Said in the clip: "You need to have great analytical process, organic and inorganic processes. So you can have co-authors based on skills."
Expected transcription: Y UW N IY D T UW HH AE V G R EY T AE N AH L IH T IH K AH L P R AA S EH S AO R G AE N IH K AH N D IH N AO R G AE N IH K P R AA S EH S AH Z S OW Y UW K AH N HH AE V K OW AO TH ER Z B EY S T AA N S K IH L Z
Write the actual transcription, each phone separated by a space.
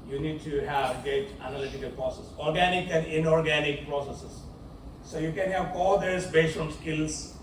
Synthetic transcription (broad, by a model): Y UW N IY D T UW HH AE V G EY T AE N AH L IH T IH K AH L P R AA S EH S AO R G AE N IH K AH N D IH N AO R G AE N IH K P R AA S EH S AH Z S OW Y UW K AH N HH AE V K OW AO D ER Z B EY S T AA N S K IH L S